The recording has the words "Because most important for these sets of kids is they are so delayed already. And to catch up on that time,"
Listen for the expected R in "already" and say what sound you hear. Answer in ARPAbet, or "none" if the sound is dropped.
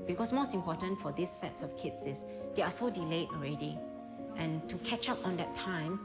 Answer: R